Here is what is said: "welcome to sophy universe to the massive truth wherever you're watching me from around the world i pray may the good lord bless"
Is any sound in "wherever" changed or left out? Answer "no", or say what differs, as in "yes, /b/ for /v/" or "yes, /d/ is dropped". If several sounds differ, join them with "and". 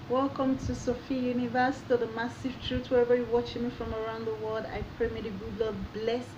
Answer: no